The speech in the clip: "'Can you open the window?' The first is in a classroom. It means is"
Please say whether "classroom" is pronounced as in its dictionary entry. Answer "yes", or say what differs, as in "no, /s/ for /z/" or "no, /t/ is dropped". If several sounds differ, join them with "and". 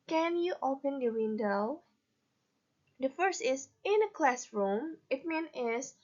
yes